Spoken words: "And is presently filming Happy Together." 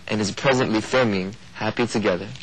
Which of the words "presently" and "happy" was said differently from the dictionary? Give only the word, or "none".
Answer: none